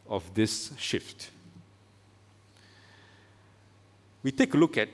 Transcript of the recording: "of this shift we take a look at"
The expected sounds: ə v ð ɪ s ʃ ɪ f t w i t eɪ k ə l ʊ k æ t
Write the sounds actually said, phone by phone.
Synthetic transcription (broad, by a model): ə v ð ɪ s ʃ ɪ f t w i t eɪ k ə l ʊ k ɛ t